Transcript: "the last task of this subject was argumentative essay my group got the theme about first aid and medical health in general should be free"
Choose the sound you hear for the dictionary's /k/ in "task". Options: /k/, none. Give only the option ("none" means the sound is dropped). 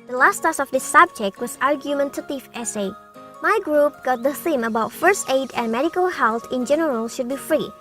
none